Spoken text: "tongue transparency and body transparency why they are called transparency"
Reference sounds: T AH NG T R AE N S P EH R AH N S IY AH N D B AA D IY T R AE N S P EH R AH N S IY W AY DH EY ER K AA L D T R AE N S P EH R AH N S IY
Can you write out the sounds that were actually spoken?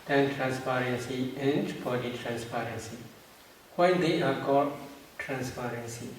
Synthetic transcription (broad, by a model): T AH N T R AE N S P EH R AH N S IY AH N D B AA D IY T R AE N S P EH R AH N S IY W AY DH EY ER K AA D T R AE N S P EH R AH N S IY